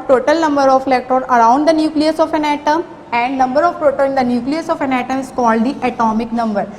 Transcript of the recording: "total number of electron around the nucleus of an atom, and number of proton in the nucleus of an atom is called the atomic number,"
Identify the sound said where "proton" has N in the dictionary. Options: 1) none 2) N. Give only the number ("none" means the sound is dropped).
1